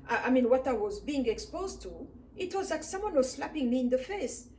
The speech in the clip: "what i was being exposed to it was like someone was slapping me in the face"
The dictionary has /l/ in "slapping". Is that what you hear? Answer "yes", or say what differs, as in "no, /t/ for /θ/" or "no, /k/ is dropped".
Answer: yes